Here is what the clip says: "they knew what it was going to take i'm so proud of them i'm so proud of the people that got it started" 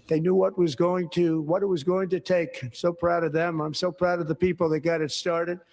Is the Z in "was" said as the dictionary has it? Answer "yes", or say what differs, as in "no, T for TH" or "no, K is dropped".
yes